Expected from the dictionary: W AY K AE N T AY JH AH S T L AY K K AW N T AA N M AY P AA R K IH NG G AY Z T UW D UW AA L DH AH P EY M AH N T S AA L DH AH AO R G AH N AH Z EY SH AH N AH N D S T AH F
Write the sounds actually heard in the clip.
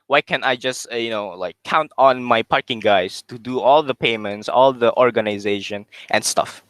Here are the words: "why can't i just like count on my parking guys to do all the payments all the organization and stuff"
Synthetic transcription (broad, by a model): W AY K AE N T AY JH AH S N L AY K K AW N T AA N M AY P AA R K IH NG G AY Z T UW D UW AA L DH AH P EY M AH N T S AA L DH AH AO R G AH N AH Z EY SH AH N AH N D S T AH F